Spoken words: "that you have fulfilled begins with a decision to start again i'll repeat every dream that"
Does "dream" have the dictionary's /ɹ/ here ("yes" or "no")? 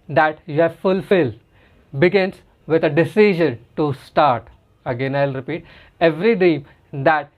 no